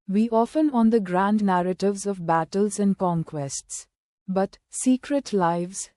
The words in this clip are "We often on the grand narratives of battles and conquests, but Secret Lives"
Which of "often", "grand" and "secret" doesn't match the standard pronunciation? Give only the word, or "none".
none